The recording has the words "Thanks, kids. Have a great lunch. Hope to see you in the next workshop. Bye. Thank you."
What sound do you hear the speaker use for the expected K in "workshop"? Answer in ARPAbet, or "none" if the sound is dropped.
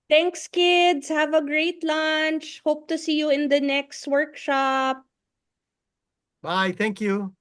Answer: K